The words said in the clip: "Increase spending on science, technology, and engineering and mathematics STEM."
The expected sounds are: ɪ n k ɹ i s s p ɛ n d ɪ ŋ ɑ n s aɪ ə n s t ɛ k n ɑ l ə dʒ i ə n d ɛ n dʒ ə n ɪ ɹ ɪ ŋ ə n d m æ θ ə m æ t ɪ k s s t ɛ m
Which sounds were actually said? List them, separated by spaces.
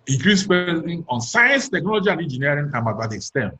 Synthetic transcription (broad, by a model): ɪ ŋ k ɹ i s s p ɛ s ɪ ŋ ɑ n s aɪ ə n s t ɛ k n ɑ l ə dʒ i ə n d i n dʒ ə n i ɪ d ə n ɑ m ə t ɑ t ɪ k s s t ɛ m